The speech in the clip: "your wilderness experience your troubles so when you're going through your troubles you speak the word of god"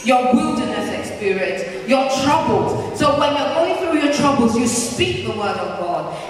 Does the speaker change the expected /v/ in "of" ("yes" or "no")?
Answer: no